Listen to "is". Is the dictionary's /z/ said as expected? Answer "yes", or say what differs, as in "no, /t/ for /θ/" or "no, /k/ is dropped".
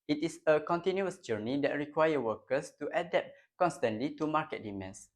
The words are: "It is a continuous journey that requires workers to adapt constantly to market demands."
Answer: no, /s/ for /z/